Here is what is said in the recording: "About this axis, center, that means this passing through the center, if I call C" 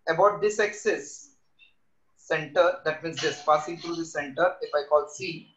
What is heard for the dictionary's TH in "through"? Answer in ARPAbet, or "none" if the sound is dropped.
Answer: T